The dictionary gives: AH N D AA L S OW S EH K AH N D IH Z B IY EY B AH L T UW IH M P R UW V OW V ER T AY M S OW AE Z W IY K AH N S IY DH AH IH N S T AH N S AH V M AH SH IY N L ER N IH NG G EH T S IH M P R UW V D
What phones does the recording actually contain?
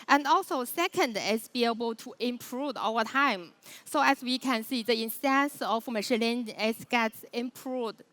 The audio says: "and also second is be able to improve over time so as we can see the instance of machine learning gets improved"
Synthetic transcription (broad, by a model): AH N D AA L S OW S EH K AH N D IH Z B IY EY B AH L T UW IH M P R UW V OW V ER T AY M S OW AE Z W IY K AH N S IY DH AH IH N S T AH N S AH F M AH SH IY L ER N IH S G EH T S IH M P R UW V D